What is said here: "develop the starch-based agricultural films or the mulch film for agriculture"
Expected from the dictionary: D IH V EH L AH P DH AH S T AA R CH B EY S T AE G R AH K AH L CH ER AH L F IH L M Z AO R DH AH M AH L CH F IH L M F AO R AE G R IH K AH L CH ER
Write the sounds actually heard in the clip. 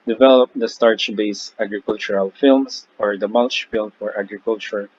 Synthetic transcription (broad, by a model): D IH V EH L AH P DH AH S T AA R CH B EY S AE G R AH K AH L CH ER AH L F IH L M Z AO R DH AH M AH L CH F IH L M F AO R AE G R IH K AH L CH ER